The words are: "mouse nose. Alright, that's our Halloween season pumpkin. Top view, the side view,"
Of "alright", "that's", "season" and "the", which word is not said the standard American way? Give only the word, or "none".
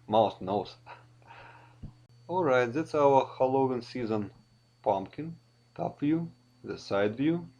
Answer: none